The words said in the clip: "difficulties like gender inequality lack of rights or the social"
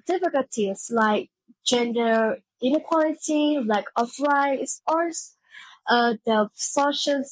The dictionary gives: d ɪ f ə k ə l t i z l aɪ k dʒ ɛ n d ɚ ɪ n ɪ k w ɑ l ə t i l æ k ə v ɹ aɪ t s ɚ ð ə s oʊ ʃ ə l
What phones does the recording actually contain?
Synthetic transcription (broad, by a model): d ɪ f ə k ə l t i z l aɪ k dʒ ɛ n d ɚ ɪ n ɪ k w ɑ l ə t i l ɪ k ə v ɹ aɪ s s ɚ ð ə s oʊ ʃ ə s